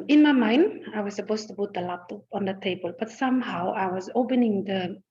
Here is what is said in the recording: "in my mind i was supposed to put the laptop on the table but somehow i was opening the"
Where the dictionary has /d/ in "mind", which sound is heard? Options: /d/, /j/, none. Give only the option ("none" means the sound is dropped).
/d/